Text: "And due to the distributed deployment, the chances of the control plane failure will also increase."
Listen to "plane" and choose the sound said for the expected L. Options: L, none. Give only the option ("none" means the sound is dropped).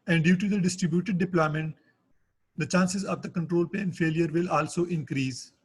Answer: none